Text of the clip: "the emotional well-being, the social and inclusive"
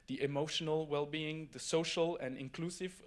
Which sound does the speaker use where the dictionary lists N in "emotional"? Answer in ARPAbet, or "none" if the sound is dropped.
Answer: N